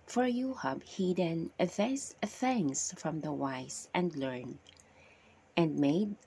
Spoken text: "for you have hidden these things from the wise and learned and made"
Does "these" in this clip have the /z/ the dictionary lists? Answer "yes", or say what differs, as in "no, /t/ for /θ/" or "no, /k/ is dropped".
no, /s/ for /z/